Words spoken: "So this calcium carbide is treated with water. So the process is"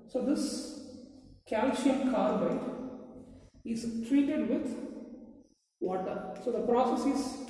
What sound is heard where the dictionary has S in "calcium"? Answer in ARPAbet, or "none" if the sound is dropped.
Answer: SH